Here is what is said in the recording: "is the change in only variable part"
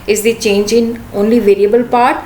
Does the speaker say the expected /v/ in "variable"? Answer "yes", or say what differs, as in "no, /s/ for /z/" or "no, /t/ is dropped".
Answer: yes